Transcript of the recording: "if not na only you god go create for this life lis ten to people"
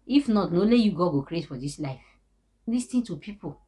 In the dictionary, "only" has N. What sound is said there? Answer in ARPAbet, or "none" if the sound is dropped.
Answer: none